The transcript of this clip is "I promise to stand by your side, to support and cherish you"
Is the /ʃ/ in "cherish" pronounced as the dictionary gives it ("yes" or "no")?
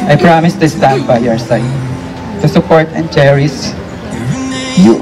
no